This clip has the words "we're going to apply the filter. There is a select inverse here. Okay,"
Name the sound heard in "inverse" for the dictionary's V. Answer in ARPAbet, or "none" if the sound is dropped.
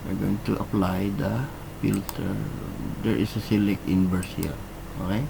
B